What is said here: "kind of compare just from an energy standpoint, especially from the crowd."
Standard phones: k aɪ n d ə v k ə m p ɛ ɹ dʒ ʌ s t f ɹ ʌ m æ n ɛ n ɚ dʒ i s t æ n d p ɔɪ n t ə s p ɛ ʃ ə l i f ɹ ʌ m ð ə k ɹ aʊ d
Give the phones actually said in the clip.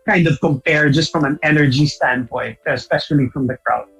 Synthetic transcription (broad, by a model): k aɪ n d ə v k ə m p ɛ ɹ dʒ ʌ s t f ɹ ʌ m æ n ɛ n ɚ dʒ i s t æ n d p ɔɪ n t ə s p ɛ ʃ ə l i f ɹ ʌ m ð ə k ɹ aʊ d